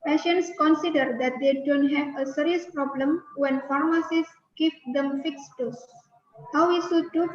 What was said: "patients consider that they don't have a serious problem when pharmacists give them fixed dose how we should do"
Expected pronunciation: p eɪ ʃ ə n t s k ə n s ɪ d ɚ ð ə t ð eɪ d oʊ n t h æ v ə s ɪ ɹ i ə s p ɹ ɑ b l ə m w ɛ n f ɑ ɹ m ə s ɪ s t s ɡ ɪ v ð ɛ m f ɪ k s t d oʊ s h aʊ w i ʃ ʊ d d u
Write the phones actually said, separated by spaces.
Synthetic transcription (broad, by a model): p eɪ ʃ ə n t s k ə n s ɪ d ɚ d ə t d eɪ d oʊ n t h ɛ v ə s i ɹ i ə s p ɹ ɑ b l ə m w ɛ n f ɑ ɹ m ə s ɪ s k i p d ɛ m f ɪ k s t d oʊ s h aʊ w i s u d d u